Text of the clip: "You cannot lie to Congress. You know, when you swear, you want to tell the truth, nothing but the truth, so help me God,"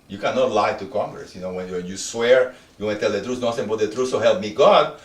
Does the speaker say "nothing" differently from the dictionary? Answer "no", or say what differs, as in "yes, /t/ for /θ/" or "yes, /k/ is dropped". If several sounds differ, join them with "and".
yes, /s/ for /θ/